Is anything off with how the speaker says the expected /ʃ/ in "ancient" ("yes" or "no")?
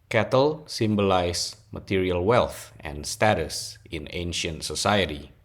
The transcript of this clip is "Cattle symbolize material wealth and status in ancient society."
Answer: no